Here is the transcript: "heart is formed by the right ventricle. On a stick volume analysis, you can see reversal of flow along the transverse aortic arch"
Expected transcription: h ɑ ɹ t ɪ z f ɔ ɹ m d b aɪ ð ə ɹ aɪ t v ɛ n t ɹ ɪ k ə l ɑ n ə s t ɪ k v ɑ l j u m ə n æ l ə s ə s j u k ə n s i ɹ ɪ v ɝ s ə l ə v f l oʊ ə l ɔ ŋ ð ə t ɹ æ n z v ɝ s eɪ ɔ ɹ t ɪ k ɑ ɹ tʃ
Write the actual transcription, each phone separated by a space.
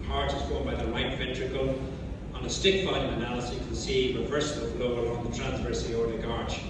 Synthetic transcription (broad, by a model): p ɑ ɹ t ɪ z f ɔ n b aɪ ð ə l aɪ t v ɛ n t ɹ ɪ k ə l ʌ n ə s t ɪ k f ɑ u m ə n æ l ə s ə k ə n s i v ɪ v ɝ s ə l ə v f l oʊ ə l ɔ ŋ ð ə t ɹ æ n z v ɝ s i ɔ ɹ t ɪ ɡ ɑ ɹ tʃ